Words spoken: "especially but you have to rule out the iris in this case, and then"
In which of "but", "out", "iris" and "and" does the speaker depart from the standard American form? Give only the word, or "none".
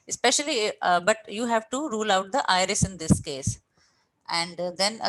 none